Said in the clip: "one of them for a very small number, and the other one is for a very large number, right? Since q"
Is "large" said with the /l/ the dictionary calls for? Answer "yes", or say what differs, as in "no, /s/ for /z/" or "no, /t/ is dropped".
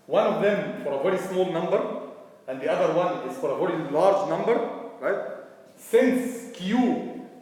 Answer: yes